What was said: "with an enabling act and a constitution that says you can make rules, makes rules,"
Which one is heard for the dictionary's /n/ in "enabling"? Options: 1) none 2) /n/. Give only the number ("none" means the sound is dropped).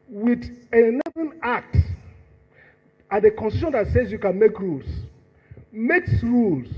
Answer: 1